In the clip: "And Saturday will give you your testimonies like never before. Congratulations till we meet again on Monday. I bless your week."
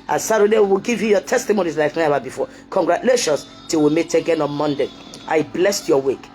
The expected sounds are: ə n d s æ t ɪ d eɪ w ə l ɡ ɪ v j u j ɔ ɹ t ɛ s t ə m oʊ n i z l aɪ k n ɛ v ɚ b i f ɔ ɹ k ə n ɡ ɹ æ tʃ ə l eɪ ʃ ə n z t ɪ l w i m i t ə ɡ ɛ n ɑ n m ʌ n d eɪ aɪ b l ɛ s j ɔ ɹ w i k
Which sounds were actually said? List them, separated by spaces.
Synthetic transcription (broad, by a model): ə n s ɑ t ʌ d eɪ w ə w ɡ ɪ v j u j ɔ t ɛ s t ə m oʊ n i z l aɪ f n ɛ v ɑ b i f ɔ k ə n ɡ ɹ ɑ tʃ l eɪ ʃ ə n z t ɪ w i m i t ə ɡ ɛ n ɑ n m ʌ n d eɪ aɪ b l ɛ s j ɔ w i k